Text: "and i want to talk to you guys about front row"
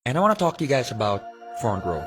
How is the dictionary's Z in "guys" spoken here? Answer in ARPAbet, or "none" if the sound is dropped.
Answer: Z